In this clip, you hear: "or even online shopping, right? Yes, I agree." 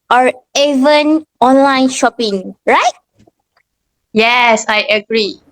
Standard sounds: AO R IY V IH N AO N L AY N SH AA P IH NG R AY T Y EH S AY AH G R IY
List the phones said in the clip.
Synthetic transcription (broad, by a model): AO R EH V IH N AO N L AY N SH AA P IH NG R AY T Y EH S AY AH G R IY